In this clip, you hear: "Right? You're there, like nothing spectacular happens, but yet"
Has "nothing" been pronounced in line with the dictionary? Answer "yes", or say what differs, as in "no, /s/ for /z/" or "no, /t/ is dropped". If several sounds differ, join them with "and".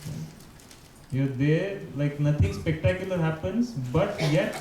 no, /t/ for /θ/